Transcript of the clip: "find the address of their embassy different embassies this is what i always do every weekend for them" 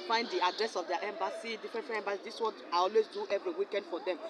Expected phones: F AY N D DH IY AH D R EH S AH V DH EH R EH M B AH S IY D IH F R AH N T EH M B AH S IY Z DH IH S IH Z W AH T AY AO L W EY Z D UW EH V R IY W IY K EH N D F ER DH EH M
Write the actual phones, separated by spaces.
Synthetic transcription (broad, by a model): F AY N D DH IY AH D R EH S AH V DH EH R EH M B AH S IY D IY F R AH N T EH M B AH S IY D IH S W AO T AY AO L W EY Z D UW EH V R IY W IY K EH N D F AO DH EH M